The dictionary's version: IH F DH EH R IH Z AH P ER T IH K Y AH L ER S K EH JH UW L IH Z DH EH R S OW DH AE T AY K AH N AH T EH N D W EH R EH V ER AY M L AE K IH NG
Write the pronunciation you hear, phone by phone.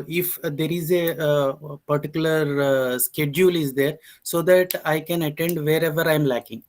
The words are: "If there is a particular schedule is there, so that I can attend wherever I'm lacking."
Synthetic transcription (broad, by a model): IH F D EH R IH Z AH P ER T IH K Y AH L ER S K EH JH UW L IH Z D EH R S OW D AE T AY K AH N AH T EH N D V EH R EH V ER AY M L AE K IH NG